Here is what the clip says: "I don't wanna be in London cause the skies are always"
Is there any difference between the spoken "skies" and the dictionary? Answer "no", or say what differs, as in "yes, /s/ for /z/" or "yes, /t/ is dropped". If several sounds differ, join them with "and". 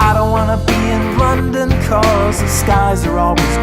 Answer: no